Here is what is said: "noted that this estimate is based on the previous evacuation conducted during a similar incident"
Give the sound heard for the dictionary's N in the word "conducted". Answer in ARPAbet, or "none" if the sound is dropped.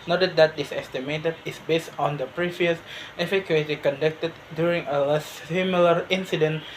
N